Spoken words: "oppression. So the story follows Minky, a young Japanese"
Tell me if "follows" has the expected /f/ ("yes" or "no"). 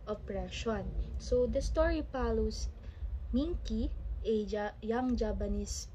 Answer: no